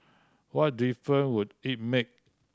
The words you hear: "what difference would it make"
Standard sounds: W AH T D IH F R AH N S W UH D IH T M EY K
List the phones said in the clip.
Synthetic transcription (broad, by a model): W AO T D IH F R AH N W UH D IH T M EY K